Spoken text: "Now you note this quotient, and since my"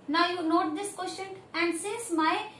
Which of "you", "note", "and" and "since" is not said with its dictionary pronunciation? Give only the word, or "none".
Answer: since